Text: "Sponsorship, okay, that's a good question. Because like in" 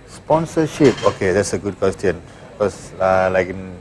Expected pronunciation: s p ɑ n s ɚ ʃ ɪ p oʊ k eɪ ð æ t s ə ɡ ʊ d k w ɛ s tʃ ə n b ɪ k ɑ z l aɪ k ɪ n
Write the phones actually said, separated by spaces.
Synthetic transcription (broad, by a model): s p ɑ n s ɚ ʃ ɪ p oʊ k eɪ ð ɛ t s ə ɡ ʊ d k w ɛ s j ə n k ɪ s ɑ l aɪ k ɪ n